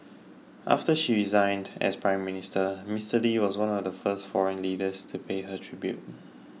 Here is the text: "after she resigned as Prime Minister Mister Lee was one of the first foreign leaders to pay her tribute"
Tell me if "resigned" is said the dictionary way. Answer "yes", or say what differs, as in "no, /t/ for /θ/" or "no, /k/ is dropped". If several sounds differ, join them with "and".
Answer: yes